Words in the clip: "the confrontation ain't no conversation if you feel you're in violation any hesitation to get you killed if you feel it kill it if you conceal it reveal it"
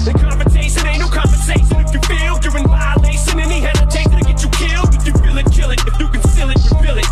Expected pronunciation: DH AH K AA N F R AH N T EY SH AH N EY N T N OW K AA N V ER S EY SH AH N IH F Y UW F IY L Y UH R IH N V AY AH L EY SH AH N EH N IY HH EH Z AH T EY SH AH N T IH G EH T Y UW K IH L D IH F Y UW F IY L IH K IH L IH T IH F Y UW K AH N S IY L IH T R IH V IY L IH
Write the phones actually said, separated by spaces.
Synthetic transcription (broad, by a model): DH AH K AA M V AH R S EY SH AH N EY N N OW K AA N V ER S EY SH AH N IH F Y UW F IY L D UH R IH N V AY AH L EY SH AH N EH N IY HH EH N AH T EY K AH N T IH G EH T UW K IH L D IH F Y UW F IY L IH K IH L IH T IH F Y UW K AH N S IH L IH T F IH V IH L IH